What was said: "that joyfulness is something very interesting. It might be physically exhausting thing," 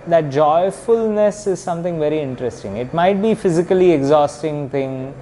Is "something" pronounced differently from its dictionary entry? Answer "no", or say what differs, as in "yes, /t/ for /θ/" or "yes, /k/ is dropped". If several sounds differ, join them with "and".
yes, /t/ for /θ/